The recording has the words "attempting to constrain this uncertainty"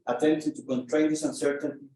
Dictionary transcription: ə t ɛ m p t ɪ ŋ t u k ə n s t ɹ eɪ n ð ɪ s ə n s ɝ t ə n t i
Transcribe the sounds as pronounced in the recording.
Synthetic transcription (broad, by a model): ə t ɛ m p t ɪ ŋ t u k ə n t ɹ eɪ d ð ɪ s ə n s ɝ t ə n